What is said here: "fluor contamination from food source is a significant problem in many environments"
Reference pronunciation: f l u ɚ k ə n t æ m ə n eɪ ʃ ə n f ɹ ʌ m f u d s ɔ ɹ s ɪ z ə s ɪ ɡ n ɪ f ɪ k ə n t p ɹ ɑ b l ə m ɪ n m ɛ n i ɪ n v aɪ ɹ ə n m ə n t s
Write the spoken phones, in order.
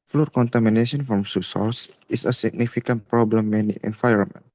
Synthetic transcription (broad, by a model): f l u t k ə n t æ m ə n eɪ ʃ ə n f ɹ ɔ m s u s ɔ l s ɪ s ə s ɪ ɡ n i f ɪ k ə n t p ɹ ɑ b l ə m ɪ n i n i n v aɪ ɹ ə n m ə n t